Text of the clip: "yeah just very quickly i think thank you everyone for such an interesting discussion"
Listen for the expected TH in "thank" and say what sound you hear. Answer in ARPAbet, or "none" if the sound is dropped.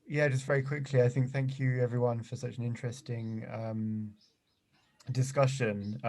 TH